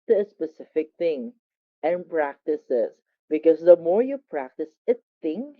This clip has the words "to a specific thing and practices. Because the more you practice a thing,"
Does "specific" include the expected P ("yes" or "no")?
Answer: yes